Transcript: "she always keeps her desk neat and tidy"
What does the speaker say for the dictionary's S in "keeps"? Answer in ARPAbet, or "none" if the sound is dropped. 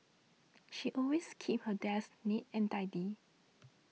none